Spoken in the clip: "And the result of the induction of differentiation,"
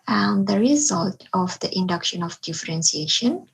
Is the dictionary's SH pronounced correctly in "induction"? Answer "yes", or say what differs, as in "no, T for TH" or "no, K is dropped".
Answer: yes